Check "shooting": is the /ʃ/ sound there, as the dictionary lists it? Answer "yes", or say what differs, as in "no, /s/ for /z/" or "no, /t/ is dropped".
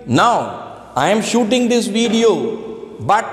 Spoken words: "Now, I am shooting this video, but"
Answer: yes